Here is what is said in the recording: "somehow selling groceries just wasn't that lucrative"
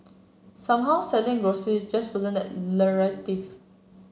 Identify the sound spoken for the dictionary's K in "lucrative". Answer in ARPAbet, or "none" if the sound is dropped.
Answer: none